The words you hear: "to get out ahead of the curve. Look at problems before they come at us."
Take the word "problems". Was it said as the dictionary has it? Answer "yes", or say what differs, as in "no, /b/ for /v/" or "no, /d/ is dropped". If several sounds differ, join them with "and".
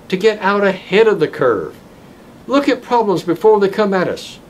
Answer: yes